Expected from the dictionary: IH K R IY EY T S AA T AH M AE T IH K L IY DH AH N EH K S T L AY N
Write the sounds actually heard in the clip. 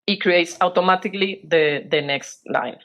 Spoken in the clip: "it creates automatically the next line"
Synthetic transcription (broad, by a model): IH K R IY EY T S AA T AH M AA T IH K L IY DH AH N EH K S T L AY N